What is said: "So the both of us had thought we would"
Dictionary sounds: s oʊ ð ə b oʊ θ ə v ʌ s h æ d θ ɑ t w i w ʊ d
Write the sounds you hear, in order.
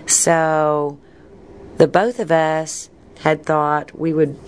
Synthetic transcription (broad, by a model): s oʊ ð ə b oʊ θ ə v ʌ s h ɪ d θ ɑ t w i w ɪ d